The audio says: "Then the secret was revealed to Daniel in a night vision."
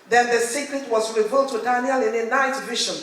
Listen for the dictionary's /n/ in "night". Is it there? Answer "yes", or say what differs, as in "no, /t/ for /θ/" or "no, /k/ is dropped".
yes